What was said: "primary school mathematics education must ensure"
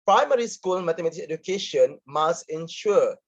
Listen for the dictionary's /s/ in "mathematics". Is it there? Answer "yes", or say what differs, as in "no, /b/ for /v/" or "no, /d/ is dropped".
no, /s/ is dropped